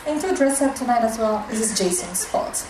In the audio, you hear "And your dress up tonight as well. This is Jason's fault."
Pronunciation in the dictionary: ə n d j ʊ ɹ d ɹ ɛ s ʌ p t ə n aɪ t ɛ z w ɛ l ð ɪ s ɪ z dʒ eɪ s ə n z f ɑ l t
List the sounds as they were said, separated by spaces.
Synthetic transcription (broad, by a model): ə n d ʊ d ɹ ɛ s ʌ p t ə n aɪ t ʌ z w ɛ l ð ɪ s ɪ z dʒ eɪ s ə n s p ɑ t